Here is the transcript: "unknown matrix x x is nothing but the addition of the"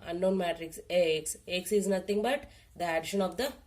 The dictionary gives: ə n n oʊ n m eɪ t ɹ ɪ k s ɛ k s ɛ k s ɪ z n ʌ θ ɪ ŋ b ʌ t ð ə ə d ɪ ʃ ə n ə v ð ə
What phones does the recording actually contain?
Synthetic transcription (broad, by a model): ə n n oʊ n m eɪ t ɹ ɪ k s ɛ k s ɛ k s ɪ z n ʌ t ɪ ŋ b ʌ t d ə ə d ɪ ʃ ə n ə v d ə